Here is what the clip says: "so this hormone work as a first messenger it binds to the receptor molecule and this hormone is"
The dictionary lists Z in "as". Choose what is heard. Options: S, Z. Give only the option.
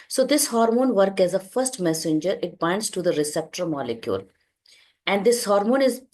Z